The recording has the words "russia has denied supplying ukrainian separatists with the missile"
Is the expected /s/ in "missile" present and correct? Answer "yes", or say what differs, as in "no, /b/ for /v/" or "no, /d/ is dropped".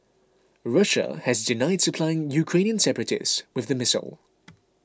yes